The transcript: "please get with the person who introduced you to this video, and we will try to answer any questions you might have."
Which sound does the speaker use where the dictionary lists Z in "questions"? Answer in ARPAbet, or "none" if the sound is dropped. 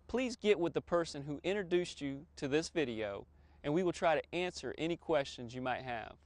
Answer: Z